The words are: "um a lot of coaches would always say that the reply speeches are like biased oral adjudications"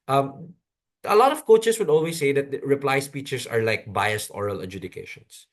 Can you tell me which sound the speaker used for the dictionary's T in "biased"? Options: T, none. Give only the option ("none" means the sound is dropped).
T